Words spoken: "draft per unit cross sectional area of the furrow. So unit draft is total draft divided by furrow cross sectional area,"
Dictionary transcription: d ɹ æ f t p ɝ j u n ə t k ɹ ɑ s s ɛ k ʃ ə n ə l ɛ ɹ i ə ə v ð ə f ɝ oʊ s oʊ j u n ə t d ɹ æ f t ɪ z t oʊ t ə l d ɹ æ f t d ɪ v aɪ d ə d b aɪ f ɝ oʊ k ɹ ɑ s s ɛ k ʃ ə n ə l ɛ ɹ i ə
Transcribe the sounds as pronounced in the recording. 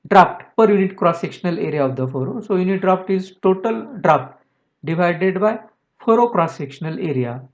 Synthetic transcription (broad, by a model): d ɹ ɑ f t p ɝ j u n ə t k ɹ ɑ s s ɛ k ʃ ə n ə l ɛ ɹ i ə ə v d ə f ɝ oʊ s oʊ j u n ə t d ɹ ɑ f t ɪ z t oʊ t ə l d ɹ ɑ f t d ɪ v aɪ d ə d b aɪ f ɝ oʊ k ɹ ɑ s s ɛ k ʃ ə n ə l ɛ ɹ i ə